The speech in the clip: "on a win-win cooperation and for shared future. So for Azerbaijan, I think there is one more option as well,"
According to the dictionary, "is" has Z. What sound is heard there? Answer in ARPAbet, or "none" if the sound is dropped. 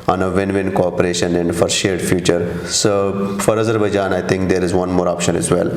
Z